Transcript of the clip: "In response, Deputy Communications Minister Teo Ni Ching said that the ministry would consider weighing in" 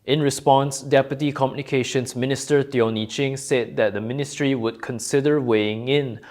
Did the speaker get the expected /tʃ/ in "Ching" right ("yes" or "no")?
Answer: yes